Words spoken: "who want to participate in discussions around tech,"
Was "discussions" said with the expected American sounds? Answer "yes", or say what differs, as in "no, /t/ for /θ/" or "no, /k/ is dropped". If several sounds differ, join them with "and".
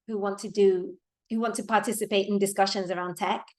yes